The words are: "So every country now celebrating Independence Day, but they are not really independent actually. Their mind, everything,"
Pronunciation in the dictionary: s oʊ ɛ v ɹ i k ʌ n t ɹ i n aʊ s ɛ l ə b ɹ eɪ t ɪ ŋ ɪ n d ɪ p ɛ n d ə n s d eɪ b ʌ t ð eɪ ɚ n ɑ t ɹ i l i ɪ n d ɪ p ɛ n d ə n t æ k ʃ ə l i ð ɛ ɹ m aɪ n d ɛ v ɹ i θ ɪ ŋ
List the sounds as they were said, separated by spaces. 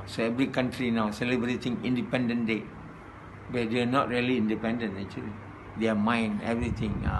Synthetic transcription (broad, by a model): s oʊ ɛ v ɹ i k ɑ n t ɹ i n aʊ s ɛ l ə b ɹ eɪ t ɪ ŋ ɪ n d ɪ p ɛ n d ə n d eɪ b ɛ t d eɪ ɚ n ɑ t ɹ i l i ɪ n d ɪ p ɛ n d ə n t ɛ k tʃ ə l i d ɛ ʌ m aɪ n ɛ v ɹ i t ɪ ŋ